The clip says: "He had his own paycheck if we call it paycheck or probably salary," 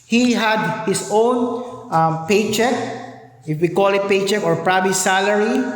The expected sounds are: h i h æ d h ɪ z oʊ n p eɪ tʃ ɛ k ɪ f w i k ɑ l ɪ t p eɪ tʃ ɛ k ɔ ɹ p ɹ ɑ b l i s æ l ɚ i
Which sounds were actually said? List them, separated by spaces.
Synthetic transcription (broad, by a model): h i h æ d h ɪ s oʊ n p eɪ tʃ ɛ k ɪ f w i k ɑ l ɪ t p eɪ tʃ ɛ k ɔ ɹ p ɹ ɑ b i s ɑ l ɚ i